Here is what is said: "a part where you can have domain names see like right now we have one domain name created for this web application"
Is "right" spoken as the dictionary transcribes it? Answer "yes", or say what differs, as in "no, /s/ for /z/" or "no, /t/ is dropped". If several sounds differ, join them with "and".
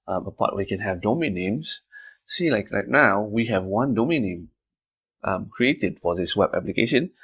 no, /l/ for /ɹ/